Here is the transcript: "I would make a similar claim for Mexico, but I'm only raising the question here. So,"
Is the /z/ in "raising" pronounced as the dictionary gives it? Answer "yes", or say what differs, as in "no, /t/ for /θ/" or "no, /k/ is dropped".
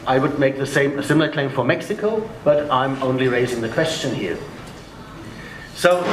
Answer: yes